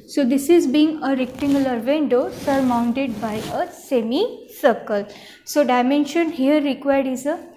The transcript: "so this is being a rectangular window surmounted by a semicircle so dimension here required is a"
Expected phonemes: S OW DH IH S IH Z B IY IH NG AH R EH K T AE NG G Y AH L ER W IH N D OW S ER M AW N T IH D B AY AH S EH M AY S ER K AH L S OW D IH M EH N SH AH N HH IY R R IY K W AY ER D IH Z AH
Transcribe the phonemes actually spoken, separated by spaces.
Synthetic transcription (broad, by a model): S OW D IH S IH Z B IY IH NG AH R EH K T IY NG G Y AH L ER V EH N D OW S ER M AW N T IH D B AY AH S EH M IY S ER K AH L S OW D IH M EH N SH AH N HH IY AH R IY K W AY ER D IH Z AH